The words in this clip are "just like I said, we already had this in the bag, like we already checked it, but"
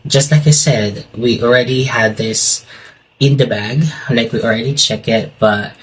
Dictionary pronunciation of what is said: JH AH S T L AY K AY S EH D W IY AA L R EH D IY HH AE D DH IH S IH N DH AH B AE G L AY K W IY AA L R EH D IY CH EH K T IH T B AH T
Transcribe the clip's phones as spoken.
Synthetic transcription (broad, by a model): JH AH S T L AY K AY S EH D W IY AA L R EH D IY HH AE D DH IH S IH N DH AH B AE G L AY K W IY AA L R EH D IY CH EH K IH T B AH T